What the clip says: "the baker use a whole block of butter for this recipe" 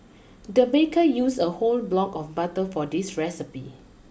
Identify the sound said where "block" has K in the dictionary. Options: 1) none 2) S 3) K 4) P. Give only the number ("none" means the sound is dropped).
3